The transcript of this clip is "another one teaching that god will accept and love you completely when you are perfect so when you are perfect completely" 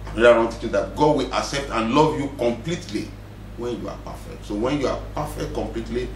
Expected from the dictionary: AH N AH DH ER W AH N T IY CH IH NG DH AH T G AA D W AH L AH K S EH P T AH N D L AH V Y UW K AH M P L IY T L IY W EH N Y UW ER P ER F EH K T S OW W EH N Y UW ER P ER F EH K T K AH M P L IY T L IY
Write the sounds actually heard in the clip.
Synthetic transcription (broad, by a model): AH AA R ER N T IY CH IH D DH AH T G AA D W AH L AH K S EH P T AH N L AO V Y UW K AH M P L IY T L IY W EH N Y UW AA P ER F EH K T S OW W EH N Y UW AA P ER F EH K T K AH M P L IY T L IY